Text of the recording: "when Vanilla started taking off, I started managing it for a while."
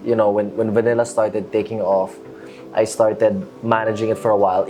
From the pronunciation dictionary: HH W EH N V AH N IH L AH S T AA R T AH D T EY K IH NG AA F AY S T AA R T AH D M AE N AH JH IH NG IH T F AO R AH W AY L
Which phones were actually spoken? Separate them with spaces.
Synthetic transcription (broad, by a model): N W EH N V AH N IH L AH S T AA R T AH D T EY K IH NG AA F AY S T AA R T AH D M AE N AH JH IH NG IH T F AO R AH W AY L